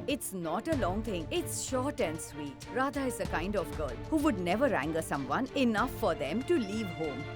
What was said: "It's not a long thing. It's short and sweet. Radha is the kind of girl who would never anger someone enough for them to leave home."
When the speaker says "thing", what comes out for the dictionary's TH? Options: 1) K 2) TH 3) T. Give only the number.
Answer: 3